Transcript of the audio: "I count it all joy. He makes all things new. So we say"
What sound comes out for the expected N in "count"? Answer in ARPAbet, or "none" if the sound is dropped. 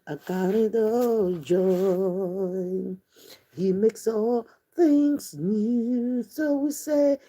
none